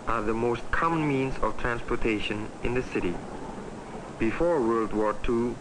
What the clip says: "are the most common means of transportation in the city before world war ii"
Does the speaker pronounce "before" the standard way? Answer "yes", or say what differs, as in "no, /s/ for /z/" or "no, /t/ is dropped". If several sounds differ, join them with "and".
yes